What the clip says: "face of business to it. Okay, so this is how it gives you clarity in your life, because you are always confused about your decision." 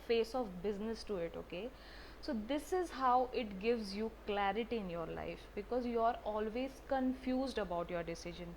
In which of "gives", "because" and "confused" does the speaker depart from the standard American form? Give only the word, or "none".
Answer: none